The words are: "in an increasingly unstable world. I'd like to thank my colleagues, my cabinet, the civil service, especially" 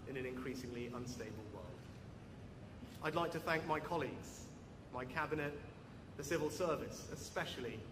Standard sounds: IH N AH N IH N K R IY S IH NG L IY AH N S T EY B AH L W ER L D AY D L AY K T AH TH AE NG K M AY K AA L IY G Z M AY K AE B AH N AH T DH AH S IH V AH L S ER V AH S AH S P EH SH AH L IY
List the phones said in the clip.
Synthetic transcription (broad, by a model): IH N AH N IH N K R IY S IH NG L IY AH N S T EY B AH L W ER L D AY D L AY K T AH TH AE NG K M AY K AA L IY G Z M AY K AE B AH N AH T DH AH S IH V AH L S ER V AH S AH S P EH SH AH L IY